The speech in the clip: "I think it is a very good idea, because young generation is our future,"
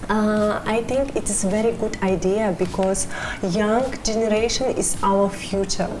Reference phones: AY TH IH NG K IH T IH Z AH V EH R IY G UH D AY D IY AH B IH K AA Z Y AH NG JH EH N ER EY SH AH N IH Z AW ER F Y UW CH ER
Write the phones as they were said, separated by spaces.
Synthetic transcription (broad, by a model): AY T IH NG K IH T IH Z V EH R IY G UH D AY D IY AH B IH K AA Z Y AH NG JH EH N ER EY SH AH N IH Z AW ER F Y UW CH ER